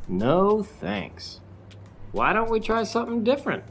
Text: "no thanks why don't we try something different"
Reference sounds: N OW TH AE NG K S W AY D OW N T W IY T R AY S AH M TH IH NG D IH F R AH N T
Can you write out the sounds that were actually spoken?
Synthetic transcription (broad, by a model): N OW TH AE NG K S W AY D OW N T W IY T R AY S AH M TH IH NG D IH F R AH N T